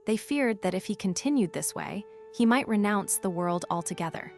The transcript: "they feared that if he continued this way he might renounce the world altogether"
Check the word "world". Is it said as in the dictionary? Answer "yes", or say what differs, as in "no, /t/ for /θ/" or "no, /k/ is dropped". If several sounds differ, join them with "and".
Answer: yes